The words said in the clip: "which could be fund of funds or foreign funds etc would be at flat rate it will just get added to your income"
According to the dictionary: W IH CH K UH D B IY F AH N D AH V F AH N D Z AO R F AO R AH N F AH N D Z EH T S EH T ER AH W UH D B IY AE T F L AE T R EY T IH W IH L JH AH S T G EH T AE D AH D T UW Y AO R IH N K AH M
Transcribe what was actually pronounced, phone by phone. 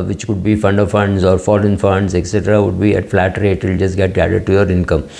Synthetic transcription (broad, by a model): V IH CH K UH D B IY F AH N D AH V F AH N D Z AO R F AO L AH N F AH N D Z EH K S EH T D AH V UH D B IY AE T F L AE T R EY T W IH L JH AH S T G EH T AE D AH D T UW Y AO R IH N K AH M